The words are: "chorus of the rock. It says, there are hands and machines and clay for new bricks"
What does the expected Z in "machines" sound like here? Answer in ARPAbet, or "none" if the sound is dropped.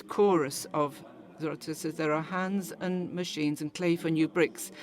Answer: Z